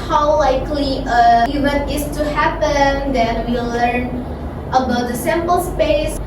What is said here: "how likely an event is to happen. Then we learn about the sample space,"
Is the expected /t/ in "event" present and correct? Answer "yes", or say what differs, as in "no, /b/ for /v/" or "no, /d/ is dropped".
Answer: no, /t/ is dropped